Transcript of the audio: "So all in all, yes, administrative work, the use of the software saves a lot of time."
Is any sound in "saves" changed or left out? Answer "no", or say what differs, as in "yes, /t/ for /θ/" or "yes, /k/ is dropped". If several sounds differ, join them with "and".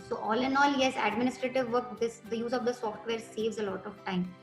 no